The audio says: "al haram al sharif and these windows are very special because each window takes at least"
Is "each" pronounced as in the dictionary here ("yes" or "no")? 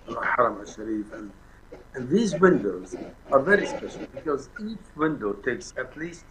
yes